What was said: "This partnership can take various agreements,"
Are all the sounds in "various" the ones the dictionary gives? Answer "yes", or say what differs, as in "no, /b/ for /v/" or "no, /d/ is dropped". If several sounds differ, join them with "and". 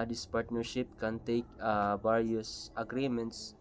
no, /b/ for /v/